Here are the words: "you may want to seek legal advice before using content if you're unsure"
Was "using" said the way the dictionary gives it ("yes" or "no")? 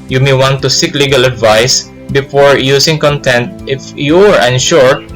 no